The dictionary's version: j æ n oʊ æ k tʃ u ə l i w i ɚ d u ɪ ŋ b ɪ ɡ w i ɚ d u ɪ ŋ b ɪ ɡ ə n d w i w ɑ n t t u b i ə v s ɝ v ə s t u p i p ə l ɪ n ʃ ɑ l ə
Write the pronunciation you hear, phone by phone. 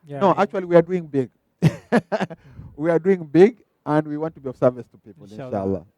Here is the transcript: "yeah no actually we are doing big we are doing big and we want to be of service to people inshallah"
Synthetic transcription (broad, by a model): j n oʊ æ k tʃ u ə l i w i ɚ d u ɪ ŋ b ɪ ɡ w i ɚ d u ɪ ŋ b ɪ ɡ ə n d w i w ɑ n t t u b i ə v s ɝ v ə s t u p i p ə l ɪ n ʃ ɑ l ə